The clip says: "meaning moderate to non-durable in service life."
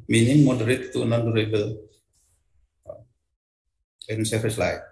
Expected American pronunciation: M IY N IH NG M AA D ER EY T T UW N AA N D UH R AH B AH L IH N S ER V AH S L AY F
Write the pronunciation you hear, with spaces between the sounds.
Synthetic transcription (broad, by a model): M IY N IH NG M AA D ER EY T T UW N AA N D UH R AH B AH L IH N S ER F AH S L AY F